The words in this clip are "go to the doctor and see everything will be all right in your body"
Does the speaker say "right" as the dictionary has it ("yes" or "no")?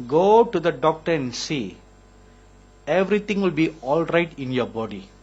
yes